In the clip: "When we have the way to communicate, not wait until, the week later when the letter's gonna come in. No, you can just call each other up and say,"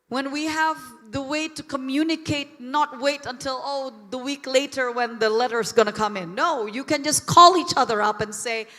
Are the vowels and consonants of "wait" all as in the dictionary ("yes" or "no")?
yes